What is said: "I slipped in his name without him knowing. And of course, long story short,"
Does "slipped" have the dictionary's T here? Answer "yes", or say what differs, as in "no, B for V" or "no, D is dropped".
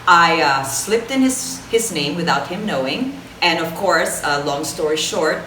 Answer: yes